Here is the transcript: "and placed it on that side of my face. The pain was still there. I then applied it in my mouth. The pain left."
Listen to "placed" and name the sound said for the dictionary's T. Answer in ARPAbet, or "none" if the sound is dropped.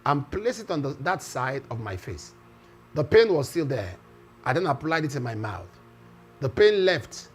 none